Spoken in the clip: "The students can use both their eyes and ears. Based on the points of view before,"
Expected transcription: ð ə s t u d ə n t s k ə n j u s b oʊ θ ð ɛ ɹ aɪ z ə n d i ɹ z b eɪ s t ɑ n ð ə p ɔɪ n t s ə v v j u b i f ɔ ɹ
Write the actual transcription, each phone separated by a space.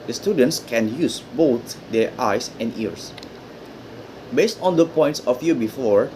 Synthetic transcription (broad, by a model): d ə s t u d ə n t s k ə n j u s b oʊ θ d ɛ ɹ aɪ s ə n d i ɹ s b eɪ s t ɑ n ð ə p ɔɪ n t s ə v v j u b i f ɔ ɹ